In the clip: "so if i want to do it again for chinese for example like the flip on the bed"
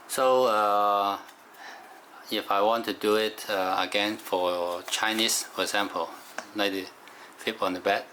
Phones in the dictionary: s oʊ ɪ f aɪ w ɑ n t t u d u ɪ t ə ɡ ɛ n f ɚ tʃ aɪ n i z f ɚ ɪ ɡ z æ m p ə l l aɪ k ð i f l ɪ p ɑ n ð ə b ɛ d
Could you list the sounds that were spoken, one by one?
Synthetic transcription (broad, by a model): s oʊ ɪ f aɪ w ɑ n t t u d u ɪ t ə ɡ ɛ n f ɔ tʃ aɪ n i s f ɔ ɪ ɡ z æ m p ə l n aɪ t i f ɪ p ɑ n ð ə b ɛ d